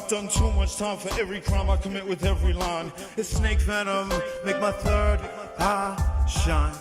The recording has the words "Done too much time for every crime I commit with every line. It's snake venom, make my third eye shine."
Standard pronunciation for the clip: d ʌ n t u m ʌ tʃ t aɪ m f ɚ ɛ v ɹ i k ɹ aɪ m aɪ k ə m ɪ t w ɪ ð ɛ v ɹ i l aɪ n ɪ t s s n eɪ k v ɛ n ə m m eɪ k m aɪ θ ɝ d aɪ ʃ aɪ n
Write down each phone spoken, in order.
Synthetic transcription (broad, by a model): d ʌ n t u m ʌ tʃ t aɪ m f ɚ ɛ v ɹ i k ɹ aɪ m aɪ k ə m ɪ t w ɪ ð ɛ v ɹ i l aɪ n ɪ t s s n eɪ k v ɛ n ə m m eɪ k m aɪ θ ɝ d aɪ ʃ aɪ n